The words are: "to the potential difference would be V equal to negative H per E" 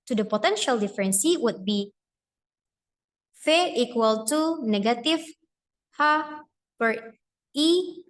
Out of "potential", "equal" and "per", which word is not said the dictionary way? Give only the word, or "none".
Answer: none